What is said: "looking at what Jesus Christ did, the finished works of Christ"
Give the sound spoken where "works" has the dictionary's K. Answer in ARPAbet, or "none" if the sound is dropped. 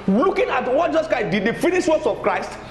none